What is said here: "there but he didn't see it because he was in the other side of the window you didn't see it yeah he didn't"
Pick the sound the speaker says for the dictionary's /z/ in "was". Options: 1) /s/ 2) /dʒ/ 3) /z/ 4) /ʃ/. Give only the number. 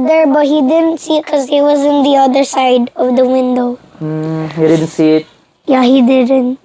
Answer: 3